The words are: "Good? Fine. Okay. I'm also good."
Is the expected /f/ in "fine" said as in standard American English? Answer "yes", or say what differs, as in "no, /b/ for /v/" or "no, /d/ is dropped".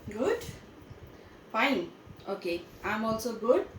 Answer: no, /p/ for /f/